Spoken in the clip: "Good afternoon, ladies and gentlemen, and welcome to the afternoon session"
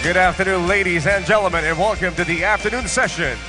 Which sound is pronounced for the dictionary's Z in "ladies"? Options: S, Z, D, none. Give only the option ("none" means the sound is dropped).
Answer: Z